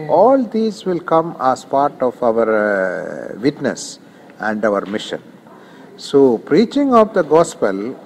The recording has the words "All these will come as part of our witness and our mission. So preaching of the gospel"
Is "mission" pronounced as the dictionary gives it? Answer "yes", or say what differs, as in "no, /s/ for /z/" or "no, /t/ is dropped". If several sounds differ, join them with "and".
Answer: yes